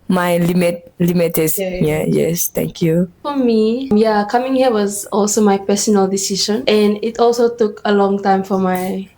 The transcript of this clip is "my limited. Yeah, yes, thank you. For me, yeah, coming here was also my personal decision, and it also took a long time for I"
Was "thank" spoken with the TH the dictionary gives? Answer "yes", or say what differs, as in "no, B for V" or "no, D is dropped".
no, T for TH